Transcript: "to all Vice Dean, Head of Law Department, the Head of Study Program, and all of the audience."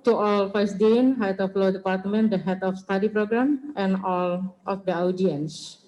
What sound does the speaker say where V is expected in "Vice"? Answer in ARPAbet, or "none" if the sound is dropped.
F